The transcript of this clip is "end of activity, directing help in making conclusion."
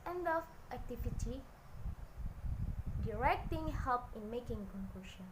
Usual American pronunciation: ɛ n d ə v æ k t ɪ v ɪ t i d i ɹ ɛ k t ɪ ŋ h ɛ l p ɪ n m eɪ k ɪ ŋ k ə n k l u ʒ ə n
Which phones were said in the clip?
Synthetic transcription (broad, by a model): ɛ n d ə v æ k t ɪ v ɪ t i d i ɹ ɛ k t ɪ ŋ h ɛ l p ɪ n m eɪ k ɪ ŋ k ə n k l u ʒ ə n